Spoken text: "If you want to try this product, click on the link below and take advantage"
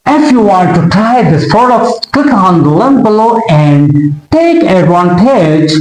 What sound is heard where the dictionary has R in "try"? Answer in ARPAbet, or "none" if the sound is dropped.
R